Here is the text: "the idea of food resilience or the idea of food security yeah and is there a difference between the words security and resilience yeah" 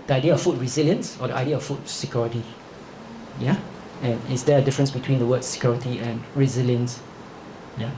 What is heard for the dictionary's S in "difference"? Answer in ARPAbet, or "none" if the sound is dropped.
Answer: S